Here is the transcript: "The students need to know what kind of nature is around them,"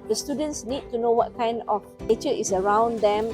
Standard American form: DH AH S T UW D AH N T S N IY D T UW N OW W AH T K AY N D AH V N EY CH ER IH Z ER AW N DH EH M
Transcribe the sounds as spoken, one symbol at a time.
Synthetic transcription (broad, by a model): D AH S T UW D AH N T S N IY D T UW N OW W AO T K AY N D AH F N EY CH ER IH S ER AW N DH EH M